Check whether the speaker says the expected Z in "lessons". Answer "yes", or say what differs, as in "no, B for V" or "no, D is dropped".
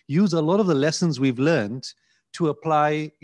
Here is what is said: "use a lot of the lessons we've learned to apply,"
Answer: yes